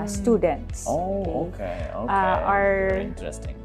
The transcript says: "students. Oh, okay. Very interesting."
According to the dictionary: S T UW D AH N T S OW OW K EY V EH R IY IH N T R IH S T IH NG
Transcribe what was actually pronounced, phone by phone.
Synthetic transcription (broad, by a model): S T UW D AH N T S OW OW K EY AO IY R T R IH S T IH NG